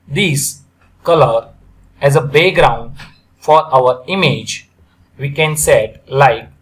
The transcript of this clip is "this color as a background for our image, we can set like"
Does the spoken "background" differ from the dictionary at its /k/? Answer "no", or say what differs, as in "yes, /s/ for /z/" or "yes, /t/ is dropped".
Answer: yes, /k/ is dropped